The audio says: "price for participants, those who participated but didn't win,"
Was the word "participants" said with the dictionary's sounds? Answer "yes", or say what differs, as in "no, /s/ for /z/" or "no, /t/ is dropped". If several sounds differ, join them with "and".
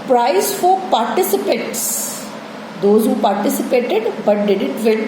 no, /n/ is dropped